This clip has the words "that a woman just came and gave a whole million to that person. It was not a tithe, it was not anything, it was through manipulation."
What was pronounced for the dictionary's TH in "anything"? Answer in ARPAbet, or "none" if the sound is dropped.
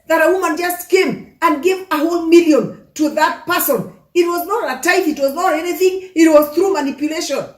TH